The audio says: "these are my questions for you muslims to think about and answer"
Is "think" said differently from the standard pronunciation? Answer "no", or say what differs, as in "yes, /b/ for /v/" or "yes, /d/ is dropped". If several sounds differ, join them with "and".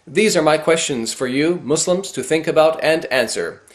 no